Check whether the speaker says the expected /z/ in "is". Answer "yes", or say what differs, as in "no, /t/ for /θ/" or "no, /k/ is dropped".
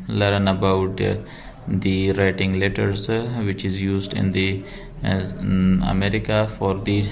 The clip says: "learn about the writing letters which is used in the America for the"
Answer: yes